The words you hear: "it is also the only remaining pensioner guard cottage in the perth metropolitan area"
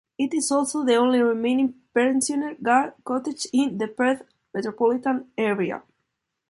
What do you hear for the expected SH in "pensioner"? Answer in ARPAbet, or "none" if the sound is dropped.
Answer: S